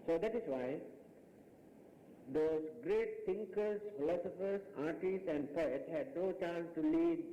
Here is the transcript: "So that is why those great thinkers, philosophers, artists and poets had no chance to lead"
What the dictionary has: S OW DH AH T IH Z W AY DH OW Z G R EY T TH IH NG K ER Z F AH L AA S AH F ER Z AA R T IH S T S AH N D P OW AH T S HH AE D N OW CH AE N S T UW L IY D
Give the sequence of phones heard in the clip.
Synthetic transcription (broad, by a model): S OW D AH T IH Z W AY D OW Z G R EY T T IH NG K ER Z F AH L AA S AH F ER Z AA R T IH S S AH N D P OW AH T HH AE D N OW CH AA N S T UW L IY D